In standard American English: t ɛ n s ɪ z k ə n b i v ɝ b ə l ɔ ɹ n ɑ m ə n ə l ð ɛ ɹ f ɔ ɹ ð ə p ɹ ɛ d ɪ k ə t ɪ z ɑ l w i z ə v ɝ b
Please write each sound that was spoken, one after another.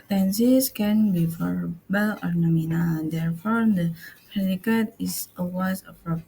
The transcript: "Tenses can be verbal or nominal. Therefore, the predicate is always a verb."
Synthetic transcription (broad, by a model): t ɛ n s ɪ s k ə n b i f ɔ b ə l ɔ ɹ n ɑ m ə n ə l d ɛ ɹ f ɔ ɹ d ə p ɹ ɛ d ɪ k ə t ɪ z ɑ w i s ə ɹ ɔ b